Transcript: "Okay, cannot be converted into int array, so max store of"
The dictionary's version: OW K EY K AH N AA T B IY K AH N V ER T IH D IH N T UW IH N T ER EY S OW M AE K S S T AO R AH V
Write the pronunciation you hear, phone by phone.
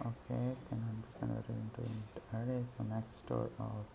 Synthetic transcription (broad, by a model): OW K EY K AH N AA B IY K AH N ER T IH IH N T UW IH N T ER EY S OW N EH K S S T AO R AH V